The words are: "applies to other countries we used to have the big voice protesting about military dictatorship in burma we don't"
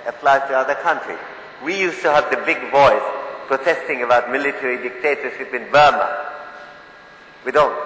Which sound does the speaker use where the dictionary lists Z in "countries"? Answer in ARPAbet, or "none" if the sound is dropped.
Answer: none